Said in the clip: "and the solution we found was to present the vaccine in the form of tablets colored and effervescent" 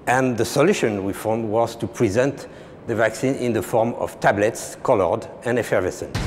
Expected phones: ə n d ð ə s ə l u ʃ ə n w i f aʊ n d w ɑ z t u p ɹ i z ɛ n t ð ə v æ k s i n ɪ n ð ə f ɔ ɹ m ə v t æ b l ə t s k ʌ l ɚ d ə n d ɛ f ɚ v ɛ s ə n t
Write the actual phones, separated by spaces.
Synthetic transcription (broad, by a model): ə n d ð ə s ə l u ʃ ə n w i f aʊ n d w ɑ z t u p ɹ i z ɛ n t ð ə v æ k s i n ɪ n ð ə f ɔ ɹ m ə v t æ b l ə t s k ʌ l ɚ d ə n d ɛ f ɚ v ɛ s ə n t